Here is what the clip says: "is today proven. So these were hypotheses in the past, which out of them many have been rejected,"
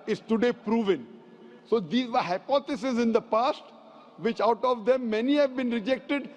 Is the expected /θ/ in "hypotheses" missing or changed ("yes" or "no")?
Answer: yes